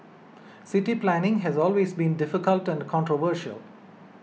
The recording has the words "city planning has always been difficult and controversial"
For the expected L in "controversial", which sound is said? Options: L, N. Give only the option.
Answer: L